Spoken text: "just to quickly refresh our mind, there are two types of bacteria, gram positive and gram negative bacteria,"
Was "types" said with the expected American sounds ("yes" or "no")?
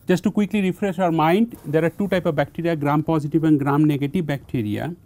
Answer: no